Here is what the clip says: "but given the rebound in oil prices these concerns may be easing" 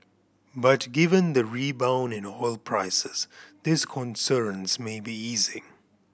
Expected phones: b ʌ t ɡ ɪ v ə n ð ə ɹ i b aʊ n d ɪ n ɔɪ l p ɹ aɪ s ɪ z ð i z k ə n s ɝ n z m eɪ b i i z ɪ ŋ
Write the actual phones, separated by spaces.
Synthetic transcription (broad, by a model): b ʌ t ɡ ɪ v ə n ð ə ɹ i b aʊ n ɪ n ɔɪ l p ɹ aɪ s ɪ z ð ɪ s k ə n s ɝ n s m eɪ b i i z ɪ ŋ